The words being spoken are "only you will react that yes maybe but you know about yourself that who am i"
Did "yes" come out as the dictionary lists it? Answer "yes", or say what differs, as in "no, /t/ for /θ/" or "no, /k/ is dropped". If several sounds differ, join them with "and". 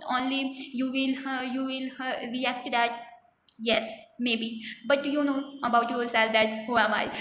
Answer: yes